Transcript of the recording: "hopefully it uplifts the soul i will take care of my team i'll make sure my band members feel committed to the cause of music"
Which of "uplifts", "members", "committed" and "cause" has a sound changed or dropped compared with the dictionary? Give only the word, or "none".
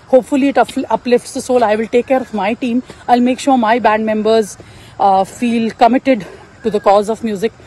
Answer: none